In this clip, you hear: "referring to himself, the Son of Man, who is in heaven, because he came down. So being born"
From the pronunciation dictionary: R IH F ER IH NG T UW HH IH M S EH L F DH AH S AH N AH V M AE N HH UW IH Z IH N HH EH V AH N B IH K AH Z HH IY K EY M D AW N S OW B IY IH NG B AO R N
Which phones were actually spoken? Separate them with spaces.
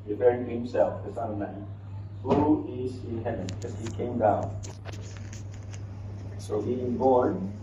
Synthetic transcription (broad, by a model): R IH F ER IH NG T UW HH IH M S EH L F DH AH S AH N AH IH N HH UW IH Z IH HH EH AH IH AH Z HH IY K EY M D AW N S OW B IY IH NG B AO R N